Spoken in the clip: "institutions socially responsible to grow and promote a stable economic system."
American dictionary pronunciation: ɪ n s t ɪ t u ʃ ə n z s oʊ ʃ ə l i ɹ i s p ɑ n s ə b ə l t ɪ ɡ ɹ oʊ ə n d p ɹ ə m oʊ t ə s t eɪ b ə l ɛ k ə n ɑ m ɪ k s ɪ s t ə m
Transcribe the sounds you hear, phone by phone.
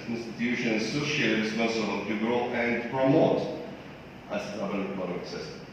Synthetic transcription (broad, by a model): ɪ n s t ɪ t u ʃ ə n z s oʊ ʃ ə i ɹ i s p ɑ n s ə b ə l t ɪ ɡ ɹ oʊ ə n d p ɹ ə m oʊ t ə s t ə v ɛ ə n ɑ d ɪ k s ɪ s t